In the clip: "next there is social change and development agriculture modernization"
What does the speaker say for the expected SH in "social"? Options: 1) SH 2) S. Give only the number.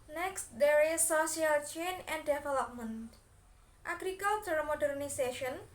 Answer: 2